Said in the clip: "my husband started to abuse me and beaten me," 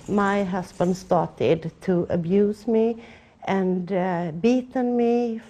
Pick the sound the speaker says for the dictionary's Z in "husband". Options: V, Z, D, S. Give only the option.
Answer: S